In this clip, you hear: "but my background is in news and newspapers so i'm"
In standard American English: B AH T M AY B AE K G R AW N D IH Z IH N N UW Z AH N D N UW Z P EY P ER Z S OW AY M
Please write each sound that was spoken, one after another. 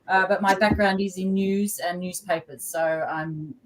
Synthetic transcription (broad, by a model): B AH T M AY B AE K G R AW N D IH Z IH N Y UW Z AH N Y UW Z P EY P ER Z S OW AY M